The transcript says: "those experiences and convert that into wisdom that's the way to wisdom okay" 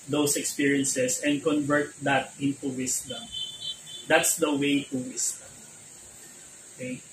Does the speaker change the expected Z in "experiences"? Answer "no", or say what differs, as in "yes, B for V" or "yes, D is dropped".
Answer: yes, S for Z